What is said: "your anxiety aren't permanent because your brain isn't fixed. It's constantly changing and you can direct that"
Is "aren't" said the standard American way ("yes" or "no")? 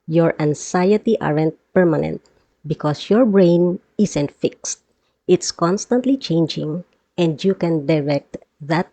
yes